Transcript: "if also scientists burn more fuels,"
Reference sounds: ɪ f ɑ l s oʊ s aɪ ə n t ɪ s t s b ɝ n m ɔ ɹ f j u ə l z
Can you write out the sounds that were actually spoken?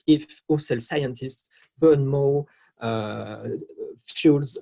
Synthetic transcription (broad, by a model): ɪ f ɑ s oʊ s aɪ ə n t ɪ s t s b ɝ n m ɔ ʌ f j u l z